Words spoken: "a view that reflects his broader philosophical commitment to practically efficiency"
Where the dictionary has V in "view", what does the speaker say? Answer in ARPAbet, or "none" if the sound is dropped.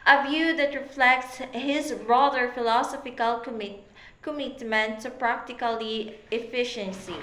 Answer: V